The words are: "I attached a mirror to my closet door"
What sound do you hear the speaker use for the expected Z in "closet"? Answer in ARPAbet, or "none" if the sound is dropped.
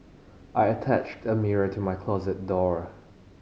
Z